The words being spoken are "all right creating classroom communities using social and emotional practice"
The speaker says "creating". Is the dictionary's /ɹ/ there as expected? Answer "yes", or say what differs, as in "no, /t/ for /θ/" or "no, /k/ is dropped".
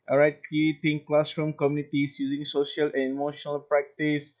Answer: no, /ɹ/ is dropped